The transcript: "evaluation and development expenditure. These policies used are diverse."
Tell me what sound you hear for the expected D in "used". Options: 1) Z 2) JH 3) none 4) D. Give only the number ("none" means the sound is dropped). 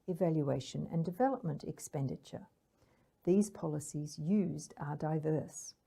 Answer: 4